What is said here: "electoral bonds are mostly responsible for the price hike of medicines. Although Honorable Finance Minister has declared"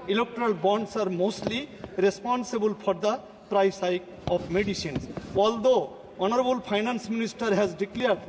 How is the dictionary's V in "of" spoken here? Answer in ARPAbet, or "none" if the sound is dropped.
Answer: P